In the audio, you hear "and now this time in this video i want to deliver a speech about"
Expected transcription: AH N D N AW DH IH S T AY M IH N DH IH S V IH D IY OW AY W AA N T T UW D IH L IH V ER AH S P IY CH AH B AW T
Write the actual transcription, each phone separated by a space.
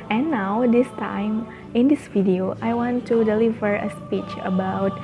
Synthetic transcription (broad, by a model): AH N N AW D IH S T AY M IH N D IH S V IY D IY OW AY W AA N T T UW D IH L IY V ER AH S P IY CH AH B AW T